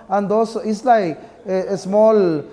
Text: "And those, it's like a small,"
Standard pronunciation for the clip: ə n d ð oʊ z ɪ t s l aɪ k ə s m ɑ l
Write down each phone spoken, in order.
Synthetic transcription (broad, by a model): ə n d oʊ s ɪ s l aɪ s m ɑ l